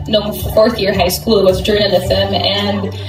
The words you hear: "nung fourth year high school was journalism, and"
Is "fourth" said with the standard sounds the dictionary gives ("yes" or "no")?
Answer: yes